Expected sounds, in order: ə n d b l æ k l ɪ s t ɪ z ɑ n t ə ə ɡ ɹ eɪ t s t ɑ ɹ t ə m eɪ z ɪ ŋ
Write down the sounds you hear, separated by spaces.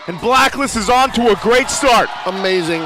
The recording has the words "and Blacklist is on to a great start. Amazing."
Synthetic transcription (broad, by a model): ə n b l æ k l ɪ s ɪ z n t ə ə ɡ ɹ eɪ t s t ɑ ɹ t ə m eɪ z ɪ ŋ